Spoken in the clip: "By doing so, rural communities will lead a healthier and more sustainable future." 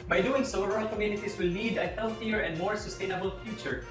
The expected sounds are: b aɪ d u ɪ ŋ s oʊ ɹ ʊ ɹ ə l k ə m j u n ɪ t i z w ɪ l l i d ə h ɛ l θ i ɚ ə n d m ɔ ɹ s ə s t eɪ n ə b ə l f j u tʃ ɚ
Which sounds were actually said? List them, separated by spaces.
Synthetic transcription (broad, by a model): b aɪ d u ɪ ŋ s oʊ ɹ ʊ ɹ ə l k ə m j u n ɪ t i s w ɪ l n i d ə h ɛ l θ i ɚ ə n d m ɔ ɹ s ə s t eɪ n ə b ə l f j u tʃ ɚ